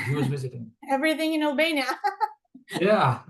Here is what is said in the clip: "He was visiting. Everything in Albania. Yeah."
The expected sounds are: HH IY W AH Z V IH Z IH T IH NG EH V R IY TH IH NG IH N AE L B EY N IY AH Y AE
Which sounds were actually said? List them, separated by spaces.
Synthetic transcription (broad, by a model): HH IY W AH Z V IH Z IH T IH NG EH V R IY TH IH NG IH N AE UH B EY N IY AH Y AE